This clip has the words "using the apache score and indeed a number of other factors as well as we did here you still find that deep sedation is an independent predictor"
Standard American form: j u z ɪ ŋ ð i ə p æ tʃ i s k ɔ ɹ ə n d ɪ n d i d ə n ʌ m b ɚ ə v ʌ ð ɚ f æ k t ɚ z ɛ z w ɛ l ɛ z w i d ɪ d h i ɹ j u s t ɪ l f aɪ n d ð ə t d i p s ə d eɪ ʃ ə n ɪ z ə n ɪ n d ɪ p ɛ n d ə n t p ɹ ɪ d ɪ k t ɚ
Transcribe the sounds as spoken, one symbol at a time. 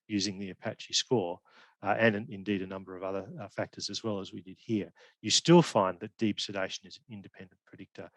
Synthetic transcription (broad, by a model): j u z ɪ ŋ ð i ə p æ tʃ i s k ɔ ɹ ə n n ɪ n d i d ə n ʌ m b ɚ ə v ʌ ð ɚ f æ k t ɚ z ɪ z w ɛ l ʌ z w i d ɪ d h i ɹ j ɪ s t ɪ l f aɪ n ð ə t d i p s ə d eɪ ʃ ə n ɪ z n ɪ n d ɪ p ɛ n d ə n p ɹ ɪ d ɪ k t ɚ